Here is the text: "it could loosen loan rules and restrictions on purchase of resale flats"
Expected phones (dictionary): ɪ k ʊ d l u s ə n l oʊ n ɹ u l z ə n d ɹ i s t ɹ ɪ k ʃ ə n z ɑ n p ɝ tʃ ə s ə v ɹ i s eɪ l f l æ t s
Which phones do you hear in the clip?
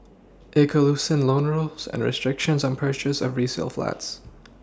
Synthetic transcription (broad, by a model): ɪ k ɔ l u s ə n l oʊ n ɹ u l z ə n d ɹ i s t ɹ ɪ k ʃ ə n z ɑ n p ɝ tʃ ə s ə v ɹ i s eɪ l f l æ t s